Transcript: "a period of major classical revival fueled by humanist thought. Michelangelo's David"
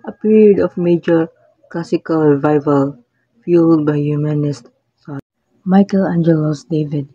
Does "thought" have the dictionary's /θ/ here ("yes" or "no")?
no